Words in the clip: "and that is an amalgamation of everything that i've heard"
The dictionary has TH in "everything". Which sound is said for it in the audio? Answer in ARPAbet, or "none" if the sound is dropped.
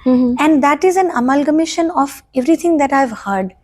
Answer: T